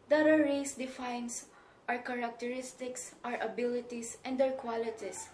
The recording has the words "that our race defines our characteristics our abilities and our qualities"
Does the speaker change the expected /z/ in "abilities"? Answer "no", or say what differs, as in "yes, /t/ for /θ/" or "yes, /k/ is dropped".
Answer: yes, /s/ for /z/